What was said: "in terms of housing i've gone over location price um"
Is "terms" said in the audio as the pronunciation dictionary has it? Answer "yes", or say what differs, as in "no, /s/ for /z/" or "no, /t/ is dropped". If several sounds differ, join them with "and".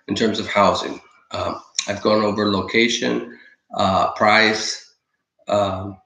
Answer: yes